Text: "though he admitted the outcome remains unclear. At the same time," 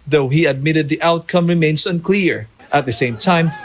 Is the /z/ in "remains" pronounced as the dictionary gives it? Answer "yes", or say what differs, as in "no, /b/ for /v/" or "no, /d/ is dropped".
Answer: no, /s/ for /z/